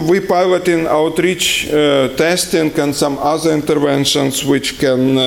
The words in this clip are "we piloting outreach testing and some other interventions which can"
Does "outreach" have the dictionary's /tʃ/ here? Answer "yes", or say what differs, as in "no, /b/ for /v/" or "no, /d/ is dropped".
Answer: yes